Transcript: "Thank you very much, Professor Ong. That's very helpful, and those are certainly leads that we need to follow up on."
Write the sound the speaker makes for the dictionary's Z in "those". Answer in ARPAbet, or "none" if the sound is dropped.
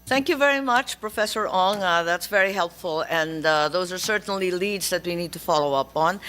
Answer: Z